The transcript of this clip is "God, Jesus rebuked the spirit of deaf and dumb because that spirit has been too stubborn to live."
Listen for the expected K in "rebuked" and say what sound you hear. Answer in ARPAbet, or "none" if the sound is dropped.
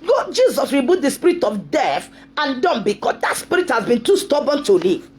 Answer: none